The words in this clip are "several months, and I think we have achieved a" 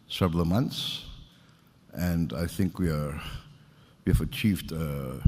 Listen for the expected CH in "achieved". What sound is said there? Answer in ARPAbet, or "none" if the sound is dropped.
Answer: CH